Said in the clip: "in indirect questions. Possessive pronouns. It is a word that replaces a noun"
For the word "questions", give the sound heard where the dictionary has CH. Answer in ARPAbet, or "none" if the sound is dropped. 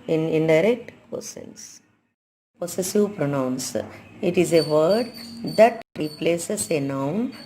none